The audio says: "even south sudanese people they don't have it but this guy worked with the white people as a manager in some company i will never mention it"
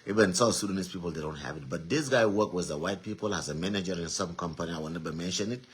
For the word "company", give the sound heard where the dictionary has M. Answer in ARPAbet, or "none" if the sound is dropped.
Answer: M